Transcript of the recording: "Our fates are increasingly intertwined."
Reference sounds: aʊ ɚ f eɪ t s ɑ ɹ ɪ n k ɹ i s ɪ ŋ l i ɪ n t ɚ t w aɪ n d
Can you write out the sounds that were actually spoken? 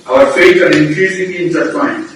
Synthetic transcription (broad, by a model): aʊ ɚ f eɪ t ɑ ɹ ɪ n k ɹ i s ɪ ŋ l i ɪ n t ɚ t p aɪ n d